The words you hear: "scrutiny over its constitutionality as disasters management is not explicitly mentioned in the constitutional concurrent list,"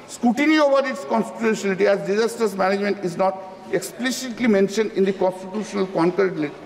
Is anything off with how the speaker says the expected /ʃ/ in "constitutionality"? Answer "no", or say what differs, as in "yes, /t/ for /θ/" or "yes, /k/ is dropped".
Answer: yes, /ʃ/ is dropped